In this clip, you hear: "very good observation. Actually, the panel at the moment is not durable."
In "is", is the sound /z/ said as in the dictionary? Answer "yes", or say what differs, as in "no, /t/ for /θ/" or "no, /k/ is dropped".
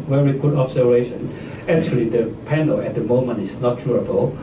no, /s/ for /z/